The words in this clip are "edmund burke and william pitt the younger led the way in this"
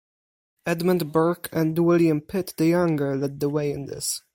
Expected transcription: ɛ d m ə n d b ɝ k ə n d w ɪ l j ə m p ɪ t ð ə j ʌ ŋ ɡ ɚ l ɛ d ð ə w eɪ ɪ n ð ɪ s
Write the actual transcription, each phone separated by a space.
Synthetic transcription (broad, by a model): ɛ d m ə n d b ɝ k ə n d w ɪ l j ə m p ɪ t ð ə j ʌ ŋ ɡ ɚ l ɛ d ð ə w eɪ ɪ n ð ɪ s